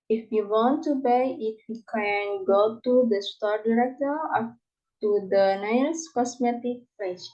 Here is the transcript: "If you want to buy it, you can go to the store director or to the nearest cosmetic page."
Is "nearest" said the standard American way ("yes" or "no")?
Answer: no